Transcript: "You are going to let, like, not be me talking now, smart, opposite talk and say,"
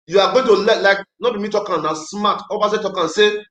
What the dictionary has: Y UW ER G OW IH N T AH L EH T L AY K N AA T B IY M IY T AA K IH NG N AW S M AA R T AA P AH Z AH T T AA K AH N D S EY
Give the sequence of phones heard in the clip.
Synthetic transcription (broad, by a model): Y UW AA G OW IH N T AH L EH T L AY K N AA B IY M IY T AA K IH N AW S M AA T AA B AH S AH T T AA K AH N S EY